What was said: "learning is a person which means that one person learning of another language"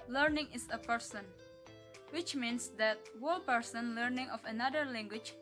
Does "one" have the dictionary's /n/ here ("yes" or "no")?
no